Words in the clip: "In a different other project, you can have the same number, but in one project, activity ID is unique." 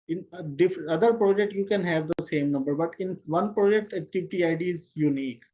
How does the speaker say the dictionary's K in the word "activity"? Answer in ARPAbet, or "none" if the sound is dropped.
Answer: none